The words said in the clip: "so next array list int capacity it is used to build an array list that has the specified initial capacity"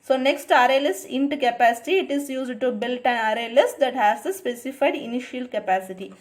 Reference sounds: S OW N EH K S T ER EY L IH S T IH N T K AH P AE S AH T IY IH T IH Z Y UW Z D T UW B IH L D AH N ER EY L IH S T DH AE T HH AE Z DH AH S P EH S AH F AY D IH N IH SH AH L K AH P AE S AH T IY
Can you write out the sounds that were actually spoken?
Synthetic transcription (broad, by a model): S OW N EH K S T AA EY L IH S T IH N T K AH P AE S AH T IY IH T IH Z Y UW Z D T UW B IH L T AH N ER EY L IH S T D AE T HH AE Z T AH S P EH S AH F AY D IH N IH SH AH L K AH P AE S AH T IY